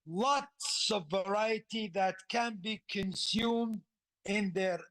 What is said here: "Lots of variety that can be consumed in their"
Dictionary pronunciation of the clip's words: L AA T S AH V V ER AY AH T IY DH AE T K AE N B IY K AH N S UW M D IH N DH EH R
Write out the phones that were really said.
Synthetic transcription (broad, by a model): L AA T S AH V V ER AY AH T IY DH AE T K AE N B IY K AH N S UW M D IH N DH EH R